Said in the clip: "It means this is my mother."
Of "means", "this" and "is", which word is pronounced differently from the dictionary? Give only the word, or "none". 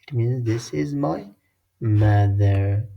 none